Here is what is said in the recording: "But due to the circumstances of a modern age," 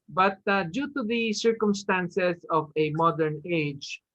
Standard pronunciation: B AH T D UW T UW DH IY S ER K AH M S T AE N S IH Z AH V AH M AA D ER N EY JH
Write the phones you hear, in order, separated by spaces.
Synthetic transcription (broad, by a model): B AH T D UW T UW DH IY S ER K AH M S T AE N S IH S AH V AH M AA D ER N EY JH